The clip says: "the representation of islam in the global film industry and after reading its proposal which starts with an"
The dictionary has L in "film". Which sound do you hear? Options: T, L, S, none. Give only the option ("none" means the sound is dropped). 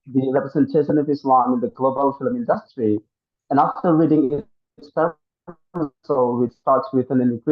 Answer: L